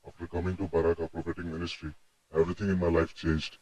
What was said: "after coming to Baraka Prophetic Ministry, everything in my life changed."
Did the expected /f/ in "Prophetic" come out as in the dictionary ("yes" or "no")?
no